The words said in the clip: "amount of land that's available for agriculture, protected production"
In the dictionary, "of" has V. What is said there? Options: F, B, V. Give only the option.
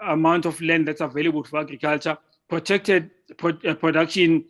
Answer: F